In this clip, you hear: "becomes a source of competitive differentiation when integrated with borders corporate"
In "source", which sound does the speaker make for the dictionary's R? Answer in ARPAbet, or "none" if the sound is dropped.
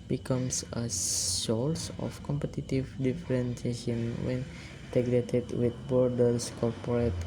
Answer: L